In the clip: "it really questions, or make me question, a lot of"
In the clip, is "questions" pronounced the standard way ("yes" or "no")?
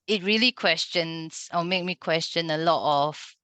no